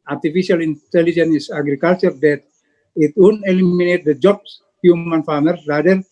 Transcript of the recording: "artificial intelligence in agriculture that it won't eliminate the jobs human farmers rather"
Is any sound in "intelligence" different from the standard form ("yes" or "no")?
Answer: yes